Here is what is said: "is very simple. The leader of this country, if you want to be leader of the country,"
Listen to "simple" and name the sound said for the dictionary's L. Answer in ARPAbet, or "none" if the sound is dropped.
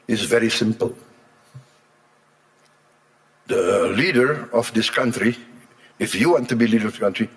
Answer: L